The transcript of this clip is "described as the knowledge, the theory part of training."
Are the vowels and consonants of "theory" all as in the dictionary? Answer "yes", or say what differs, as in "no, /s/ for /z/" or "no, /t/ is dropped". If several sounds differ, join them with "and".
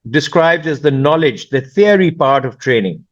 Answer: no, /f/ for /θ/